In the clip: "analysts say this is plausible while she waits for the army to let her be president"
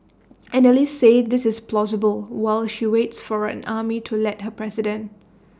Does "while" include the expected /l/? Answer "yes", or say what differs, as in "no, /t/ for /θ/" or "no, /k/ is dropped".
yes